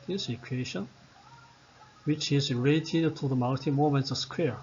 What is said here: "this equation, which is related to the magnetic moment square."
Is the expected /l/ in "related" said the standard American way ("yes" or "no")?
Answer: no